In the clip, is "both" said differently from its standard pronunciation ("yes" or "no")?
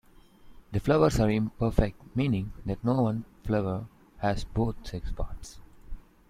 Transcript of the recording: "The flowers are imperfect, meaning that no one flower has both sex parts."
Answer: yes